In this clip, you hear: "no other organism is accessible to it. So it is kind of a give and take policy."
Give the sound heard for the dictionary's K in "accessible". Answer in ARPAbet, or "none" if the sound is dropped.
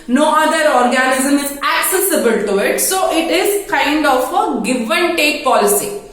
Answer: K